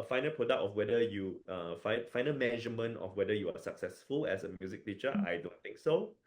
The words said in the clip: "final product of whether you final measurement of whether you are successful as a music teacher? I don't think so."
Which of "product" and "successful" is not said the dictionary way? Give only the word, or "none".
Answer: none